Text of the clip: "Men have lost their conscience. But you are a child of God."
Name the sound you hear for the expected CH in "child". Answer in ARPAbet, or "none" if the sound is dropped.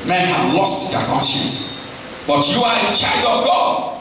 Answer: CH